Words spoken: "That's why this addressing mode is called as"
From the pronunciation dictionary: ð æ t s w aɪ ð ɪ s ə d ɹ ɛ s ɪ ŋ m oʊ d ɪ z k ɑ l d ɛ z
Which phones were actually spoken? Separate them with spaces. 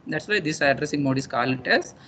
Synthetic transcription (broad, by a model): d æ t s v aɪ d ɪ s ə d ɹ ɛ s ɪ ŋ m oʊ d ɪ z k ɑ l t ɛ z